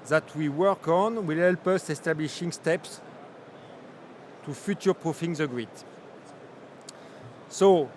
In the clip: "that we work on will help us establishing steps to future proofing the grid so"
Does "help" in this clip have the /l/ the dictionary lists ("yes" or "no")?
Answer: yes